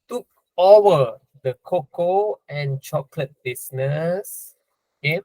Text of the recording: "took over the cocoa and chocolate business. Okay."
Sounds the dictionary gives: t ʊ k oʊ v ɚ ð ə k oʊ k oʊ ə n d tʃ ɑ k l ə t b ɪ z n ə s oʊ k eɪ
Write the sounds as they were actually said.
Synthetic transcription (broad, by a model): t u k oʊ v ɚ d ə k oʊ k oʊ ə n tʃ ɑ k l ə t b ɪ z n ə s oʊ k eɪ